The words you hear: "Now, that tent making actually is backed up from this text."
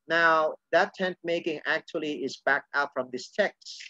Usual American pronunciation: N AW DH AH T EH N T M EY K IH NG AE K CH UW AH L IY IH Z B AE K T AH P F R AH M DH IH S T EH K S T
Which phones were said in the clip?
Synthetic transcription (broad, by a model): N AW DH AH T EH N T M EY K IH NG AE K CH UW AH L IY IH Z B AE K T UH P F R AH M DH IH S T EH K S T